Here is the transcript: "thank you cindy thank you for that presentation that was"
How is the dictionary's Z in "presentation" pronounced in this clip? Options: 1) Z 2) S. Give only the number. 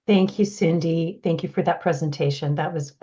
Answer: 1